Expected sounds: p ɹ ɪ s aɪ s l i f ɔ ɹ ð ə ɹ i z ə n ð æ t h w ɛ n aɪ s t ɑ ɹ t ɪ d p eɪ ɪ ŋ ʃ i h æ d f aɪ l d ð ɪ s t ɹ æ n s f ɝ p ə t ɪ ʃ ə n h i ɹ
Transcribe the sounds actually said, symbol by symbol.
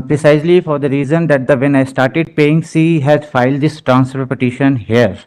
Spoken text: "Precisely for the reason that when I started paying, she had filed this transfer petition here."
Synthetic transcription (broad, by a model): p ɹ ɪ s aɪ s l i f ɔ ɹ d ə ɹ i z ə n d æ t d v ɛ n aɪ s t ɑ ɹ t ɪ d p eɪ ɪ ŋ s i h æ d f aɪ l d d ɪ s t ɹ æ n s p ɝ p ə t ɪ ʃ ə n h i ɹ